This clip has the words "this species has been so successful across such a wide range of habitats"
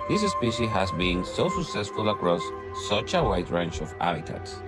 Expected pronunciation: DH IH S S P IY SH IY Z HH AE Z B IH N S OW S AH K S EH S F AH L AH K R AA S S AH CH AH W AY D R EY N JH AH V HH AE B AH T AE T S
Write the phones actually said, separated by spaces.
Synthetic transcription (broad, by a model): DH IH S S P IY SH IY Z HH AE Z B IH N S OW S AH K S EH S F AH L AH K R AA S S AH CH AH W AY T R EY N CH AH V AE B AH T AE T S